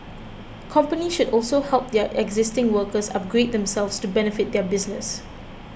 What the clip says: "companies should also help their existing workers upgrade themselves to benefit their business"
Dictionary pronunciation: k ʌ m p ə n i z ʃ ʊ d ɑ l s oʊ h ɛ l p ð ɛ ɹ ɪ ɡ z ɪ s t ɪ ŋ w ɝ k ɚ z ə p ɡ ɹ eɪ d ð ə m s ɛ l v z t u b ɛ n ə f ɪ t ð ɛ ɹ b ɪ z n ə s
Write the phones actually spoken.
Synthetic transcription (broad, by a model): k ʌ m p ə n i ʃ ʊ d ɑ l s oʊ h ɛ l p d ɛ ɪ ɡ z ɪ s t ɪ ŋ w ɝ k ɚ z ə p ɡ ɹ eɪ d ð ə m s ɛ l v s t u b ɛ n ə f ɪ t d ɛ b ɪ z n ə s